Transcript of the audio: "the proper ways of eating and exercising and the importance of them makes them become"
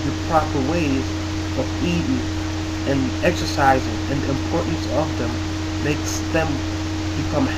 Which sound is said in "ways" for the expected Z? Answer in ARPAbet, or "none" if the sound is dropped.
Z